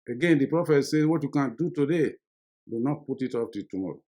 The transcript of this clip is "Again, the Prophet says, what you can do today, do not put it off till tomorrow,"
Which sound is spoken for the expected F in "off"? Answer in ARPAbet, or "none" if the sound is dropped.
P